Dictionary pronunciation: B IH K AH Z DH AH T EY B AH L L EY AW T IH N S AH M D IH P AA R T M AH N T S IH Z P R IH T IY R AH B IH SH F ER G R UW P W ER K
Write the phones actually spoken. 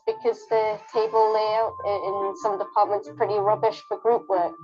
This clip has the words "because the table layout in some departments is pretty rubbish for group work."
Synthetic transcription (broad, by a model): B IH K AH Z DH AH T EY B AH L L EY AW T IH N S AH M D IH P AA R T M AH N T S P R IH T IY R AH B IH SH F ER G R UW P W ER